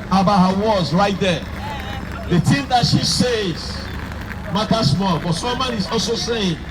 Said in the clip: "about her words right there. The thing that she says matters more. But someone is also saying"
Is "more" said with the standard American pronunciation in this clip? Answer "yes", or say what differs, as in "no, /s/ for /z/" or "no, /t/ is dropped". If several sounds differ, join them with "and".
no, /l/ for /ɹ/